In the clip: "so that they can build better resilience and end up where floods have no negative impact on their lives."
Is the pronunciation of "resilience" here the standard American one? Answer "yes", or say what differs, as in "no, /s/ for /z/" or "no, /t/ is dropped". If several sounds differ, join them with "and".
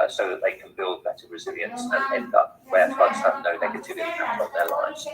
yes